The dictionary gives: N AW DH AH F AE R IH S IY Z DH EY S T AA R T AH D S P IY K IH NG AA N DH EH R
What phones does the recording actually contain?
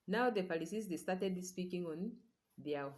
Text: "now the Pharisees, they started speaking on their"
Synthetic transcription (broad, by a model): N AW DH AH P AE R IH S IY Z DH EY S T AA T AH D S P IY K IH NG AA N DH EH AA